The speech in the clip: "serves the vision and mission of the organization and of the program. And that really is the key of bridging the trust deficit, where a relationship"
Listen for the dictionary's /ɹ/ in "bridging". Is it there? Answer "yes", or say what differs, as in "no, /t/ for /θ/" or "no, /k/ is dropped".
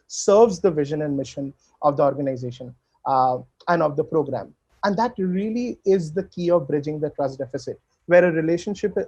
yes